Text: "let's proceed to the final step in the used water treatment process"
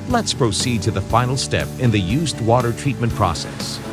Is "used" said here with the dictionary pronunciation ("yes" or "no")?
yes